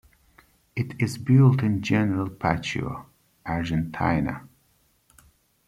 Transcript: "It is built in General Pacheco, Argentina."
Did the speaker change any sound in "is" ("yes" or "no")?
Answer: no